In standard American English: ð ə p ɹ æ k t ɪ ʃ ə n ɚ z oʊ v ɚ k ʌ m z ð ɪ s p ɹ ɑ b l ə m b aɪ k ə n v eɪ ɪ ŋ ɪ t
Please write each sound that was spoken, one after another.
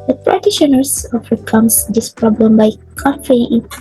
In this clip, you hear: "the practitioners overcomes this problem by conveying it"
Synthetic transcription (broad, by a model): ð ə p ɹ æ t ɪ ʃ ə n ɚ s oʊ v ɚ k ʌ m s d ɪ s p ɹ ɑ b l ə m b aɪ k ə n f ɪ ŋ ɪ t